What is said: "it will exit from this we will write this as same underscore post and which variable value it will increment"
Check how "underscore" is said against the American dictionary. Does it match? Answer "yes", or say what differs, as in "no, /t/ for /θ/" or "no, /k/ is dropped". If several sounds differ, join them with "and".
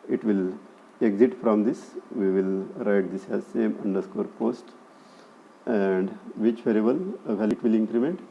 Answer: yes